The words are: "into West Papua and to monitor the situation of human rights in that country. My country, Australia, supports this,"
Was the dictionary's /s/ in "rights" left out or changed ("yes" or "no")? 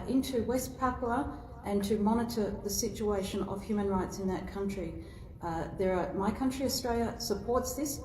no